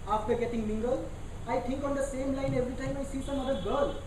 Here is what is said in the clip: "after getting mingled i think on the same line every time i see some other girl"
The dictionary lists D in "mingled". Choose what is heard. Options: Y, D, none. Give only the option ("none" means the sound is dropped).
none